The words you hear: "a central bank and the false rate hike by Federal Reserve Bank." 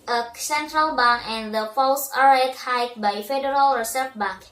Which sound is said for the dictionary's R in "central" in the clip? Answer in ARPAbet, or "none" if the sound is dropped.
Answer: R